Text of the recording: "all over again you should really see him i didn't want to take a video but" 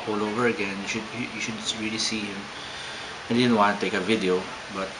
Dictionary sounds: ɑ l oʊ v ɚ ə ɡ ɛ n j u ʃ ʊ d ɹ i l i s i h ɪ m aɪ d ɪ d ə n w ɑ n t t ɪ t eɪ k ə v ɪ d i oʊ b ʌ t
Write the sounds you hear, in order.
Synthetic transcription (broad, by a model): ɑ l oʊ v ɚ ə ɡ ɛ n j u ʃ ʊ d ɹ i l i s i h ɪ m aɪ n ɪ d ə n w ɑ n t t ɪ t eɪ k ə v ɪ d i oʊ b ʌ t